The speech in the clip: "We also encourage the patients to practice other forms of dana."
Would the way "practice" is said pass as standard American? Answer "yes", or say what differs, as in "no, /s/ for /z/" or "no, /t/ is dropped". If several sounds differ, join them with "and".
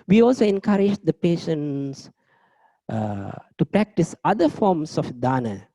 yes